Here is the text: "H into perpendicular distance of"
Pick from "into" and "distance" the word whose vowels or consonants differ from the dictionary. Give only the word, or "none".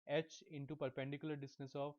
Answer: distance